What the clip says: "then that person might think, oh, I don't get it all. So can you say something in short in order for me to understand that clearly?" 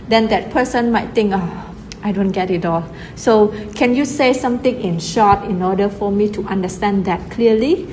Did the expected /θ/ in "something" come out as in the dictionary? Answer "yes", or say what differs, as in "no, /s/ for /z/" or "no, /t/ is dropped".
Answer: no, /t/ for /θ/